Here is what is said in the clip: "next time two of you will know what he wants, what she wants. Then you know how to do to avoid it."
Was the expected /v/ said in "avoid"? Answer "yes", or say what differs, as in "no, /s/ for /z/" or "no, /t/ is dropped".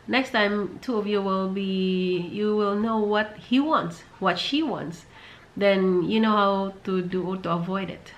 yes